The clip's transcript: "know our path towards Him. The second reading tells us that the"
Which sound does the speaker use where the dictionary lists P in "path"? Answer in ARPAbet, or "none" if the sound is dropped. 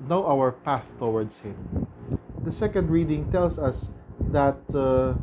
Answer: P